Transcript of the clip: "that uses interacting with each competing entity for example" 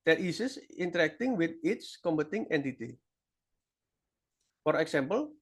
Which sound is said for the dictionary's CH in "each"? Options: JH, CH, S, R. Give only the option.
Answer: S